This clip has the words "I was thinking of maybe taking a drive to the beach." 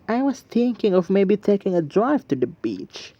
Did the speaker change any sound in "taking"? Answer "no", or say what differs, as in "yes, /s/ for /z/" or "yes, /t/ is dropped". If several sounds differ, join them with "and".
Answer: no